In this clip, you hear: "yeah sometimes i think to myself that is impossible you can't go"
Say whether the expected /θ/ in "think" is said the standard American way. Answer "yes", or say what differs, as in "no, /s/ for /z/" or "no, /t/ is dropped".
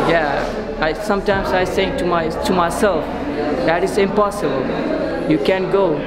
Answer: no, /s/ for /θ/